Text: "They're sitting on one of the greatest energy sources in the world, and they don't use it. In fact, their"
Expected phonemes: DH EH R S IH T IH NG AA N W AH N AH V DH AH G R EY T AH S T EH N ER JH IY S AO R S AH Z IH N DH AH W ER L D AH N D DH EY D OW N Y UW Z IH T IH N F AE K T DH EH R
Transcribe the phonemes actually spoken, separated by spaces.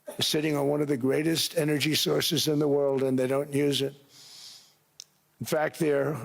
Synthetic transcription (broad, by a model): S IH T IH NG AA N W AH N AH V DH AH G R EY T AH S T EH N ER JH IY S AO R S AH Z IH N DH AH W ER L D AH N DH EY D OW N Y UW Z IH T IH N F AE K T DH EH R